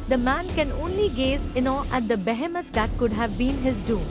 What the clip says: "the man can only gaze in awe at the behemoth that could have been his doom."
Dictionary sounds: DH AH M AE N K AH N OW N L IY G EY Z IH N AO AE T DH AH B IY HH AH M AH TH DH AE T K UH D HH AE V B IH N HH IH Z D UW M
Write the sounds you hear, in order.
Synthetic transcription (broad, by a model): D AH M AE N K AH N OW N L IY G EY Z IH N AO AE T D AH B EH HH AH M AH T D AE T K UH D HH AE V B IH N HH IH Z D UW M